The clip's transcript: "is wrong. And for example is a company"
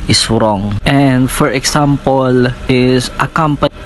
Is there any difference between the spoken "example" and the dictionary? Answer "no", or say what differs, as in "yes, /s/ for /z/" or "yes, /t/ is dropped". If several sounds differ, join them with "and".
yes, /s/ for /z/